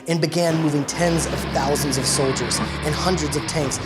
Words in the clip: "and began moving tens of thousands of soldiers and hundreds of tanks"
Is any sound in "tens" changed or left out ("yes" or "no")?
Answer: no